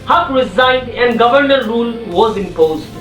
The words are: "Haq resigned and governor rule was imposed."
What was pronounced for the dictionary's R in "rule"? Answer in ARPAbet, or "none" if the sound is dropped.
R